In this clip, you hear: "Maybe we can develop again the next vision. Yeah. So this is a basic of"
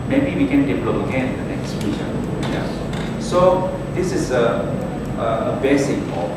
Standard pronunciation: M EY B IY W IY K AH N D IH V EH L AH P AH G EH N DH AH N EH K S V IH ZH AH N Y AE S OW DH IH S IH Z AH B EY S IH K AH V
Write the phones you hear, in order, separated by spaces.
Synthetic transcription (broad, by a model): M EY B IY W IY K AH N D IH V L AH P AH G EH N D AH N EH K S F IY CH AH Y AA S OW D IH S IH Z AH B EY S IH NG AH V